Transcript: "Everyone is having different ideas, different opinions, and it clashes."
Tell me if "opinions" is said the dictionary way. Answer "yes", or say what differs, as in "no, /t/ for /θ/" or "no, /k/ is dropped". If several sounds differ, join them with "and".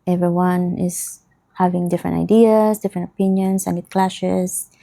no, /s/ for /z/